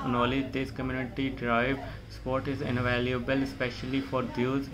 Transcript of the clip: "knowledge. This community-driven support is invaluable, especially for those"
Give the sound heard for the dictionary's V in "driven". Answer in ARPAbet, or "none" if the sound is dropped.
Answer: none